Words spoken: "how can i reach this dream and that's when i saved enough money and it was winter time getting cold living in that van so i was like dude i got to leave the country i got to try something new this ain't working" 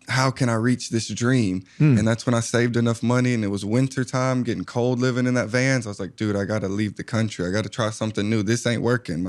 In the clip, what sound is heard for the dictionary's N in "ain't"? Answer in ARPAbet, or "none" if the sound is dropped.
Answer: N